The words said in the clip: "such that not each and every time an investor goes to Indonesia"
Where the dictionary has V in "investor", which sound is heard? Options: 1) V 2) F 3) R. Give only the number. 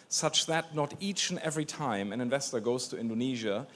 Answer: 1